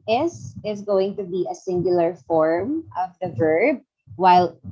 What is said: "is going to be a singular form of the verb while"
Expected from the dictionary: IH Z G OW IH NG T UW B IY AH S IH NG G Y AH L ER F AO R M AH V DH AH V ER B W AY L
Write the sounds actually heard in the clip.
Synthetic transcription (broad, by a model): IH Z G OW IH NG T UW B IY AH S IH NG G Y AH L ER F AO R M AH V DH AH V ER B W AY L